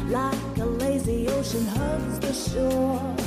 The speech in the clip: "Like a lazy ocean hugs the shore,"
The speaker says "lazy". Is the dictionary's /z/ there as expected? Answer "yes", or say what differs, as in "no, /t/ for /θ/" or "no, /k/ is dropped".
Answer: yes